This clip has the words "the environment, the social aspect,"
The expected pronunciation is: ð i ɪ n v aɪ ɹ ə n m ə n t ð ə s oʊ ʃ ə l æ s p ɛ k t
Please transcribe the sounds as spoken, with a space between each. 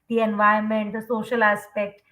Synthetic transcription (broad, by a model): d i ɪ n v aɪ ə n m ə n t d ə s oʊ ʃ ə l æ s p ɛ k t